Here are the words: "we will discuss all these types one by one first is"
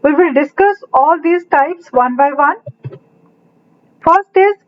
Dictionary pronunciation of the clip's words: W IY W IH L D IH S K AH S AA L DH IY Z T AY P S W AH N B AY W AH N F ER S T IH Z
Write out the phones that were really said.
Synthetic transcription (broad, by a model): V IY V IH L D IH S K AH S AA L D IY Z T AY P S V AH N B AY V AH N F ER S T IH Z